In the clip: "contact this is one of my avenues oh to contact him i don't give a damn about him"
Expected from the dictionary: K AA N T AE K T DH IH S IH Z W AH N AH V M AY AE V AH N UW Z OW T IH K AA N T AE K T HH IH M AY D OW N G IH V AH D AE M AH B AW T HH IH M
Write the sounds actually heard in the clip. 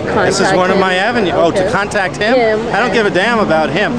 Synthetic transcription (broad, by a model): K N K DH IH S IH Z W AH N AH V M AY AE V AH N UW OW T IH K AA N T AE K T HH IH M AY D OW N G IH V AH D AE M AH B AW T HH IH M